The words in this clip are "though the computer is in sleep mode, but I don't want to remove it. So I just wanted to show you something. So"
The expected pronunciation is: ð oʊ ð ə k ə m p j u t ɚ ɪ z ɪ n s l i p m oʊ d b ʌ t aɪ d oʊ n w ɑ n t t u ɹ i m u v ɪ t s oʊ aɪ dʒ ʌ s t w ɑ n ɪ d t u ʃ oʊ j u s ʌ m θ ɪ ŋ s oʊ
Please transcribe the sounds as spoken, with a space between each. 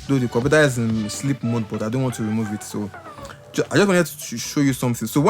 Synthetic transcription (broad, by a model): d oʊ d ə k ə p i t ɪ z ɪ n s l i p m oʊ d b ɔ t aɪ d oʊ n w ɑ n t t u ɹ i m u v ɪ t s oʊ aɪ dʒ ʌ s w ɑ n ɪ t u ʃ oʊ j u s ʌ m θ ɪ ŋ s oʊ